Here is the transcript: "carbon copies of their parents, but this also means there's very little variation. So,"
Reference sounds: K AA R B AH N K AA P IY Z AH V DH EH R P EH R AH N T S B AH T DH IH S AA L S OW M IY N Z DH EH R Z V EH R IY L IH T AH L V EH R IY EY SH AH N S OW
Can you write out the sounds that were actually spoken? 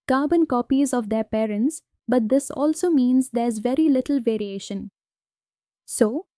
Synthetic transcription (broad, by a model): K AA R B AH N K AA P IY Z AH V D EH R P EH R AH N T S B AH T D IH S AA L S OW M IY N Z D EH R Z V EH R IY L IH T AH L V EH R IY EY SH AH N S OW